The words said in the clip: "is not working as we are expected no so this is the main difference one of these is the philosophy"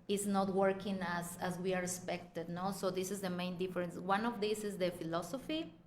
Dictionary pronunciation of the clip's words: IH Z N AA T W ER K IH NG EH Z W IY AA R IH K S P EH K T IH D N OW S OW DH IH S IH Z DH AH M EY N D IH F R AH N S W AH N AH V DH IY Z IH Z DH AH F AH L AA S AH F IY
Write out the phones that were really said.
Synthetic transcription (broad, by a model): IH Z N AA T W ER K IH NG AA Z W IY AA R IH S P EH K T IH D N OW S OW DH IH S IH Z DH AH M EY N D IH F R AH N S W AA N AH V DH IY S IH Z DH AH F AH L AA S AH F IY